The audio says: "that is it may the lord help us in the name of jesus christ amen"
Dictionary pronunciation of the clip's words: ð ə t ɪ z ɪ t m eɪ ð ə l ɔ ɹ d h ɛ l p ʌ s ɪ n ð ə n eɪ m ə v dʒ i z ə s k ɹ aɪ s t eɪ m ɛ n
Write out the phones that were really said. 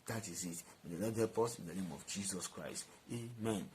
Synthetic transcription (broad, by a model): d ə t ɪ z ɪ t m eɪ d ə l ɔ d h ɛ p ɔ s ɪ n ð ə n eɪ m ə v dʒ i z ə s k ɹ aɪ s t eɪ m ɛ n